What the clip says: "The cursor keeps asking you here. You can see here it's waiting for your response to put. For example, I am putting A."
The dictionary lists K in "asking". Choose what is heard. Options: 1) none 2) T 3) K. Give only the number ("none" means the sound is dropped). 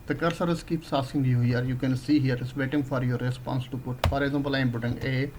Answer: 1